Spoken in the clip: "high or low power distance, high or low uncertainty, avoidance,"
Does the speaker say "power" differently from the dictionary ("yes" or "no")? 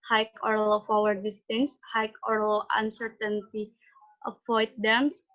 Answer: yes